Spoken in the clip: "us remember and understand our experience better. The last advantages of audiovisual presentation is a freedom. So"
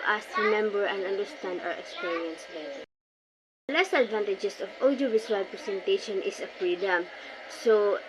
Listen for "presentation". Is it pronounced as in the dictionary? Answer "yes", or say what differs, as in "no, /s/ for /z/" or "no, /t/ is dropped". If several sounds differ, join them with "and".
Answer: no, /s/ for /z/